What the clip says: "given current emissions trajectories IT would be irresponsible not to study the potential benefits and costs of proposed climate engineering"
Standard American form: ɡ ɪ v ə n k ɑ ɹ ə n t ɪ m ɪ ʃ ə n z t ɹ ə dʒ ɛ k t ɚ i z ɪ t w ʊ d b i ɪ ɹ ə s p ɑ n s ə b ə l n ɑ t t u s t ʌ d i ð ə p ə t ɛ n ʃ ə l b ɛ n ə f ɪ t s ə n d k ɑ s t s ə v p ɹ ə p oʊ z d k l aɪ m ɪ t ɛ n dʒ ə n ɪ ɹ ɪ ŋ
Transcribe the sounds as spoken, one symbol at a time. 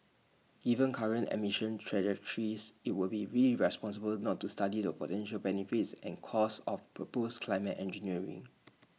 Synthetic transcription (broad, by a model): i v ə n k ɑ ɹ ə n t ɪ m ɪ ʃ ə n t ɹ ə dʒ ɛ k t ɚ i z ɪ t w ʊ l b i ɪ ɹ ə s p ɑ n s ə b ə l n ɑ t t u s t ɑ d i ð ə p ə t ɛ n ʃ ə l b ɛ n ə f ɪ t s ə n k ɑ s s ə f p ɹ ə p oʊ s k l aɪ m ɪ t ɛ n dʒ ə n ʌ ɹ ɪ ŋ